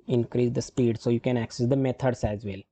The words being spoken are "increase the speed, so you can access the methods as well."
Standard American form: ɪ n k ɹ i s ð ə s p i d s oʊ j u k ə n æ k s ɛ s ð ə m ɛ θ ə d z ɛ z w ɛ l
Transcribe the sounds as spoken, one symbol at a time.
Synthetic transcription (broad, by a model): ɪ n k ɹ i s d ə s p i d s oʊ j u k ə n æ k s ɛ s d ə m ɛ t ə d s ɛ z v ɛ l